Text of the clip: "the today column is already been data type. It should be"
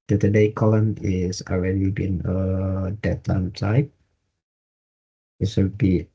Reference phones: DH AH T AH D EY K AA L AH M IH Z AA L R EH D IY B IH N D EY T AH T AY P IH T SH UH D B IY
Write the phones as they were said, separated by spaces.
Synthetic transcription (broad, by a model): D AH T AH D EY K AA L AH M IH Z AA L R EH D IY B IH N D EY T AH T AY P IH T S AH B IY